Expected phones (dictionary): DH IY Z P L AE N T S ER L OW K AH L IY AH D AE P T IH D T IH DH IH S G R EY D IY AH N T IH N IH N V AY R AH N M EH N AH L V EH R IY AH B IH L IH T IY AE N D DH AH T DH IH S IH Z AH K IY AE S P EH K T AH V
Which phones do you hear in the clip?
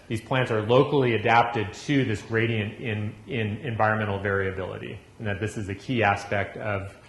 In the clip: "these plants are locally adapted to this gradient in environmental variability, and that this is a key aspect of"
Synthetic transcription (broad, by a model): DH IY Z P L AE N T S ER L OW K L IY AH D AE P T IH D T IH DH IH S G R EY D IY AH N T IH N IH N V AY R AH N M EH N L V EH R IY AH B IH L IH T IY N DH AH T DH IH S IH Z AH K IY AE S P EH K T AH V